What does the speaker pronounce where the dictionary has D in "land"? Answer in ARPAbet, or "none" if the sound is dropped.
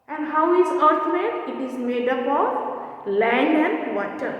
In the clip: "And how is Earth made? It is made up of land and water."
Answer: none